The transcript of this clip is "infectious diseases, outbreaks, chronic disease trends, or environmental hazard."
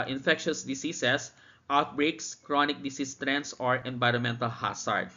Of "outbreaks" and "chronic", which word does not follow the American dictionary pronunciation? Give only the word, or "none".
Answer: none